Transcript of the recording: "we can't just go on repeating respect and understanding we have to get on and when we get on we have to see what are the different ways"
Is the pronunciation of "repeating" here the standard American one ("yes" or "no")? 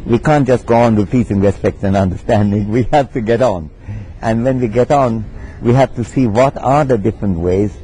no